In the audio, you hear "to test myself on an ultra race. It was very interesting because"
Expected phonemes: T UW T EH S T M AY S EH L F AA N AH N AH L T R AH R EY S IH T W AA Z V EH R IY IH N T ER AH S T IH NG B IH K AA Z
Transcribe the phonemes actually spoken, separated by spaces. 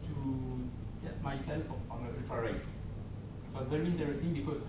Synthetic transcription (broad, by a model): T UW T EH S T M AY S EH L F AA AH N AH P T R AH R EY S IH T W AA S V EH R IY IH N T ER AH S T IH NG B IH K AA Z